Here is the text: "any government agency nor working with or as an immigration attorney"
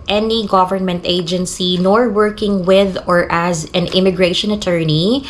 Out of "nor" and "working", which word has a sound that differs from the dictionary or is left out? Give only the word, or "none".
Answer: none